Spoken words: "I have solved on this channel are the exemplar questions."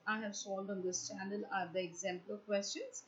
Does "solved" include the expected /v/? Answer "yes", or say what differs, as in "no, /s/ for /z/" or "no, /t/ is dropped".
no, /v/ is dropped